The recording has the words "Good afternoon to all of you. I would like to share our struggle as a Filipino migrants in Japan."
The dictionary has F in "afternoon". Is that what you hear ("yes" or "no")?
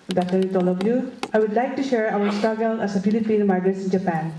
no